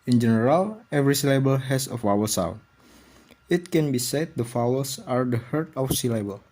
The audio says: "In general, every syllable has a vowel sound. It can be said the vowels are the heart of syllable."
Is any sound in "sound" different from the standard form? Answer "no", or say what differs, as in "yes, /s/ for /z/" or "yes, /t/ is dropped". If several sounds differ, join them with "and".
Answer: yes, /d/ is dropped